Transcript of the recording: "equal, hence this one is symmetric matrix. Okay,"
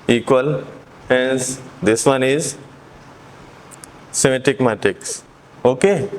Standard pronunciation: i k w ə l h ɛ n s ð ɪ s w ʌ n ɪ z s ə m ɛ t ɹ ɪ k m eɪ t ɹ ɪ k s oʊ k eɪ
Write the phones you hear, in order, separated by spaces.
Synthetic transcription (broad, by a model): i k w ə l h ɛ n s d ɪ s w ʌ n ɪ z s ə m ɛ t ɪ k m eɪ t ɪ k s oʊ k eɪ